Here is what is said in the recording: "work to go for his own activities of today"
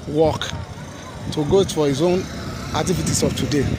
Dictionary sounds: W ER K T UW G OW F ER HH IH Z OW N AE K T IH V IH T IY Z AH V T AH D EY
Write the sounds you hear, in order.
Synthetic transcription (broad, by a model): W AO K T UW G OW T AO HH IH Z OW N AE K T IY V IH T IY S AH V T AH D EY